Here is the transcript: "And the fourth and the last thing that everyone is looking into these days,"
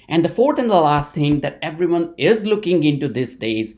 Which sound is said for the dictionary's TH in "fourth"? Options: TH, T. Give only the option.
T